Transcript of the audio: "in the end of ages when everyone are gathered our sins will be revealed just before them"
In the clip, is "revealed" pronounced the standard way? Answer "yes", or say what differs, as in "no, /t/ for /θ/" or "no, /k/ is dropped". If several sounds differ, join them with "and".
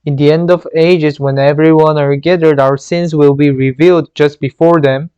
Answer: yes